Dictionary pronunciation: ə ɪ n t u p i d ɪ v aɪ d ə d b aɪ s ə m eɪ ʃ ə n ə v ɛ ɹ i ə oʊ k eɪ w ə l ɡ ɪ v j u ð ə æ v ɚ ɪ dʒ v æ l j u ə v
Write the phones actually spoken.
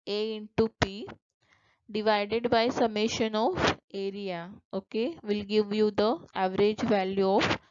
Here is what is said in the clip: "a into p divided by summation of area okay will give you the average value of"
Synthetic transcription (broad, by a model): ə ɪ n t u p i d ɪ v aɪ d ə d b aɪ s ə m eɪ ʃ ə n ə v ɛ ɹ i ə oʊ k eɪ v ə l ɡ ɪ v j u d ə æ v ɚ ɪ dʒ v æ l j u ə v